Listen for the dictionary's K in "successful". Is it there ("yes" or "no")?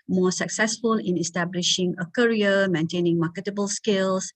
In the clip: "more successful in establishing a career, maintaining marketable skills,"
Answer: yes